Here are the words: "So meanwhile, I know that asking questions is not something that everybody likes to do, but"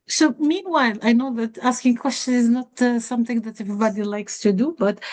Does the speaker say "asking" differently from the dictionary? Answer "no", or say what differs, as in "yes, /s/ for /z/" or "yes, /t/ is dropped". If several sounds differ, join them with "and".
no